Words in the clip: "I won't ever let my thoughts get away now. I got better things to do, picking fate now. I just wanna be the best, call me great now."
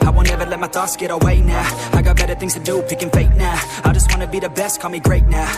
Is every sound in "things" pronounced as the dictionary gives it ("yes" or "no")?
yes